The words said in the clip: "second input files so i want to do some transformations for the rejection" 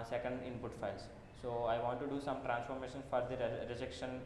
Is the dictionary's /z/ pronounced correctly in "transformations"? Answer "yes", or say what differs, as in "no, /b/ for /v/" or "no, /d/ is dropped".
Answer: no, /z/ is dropped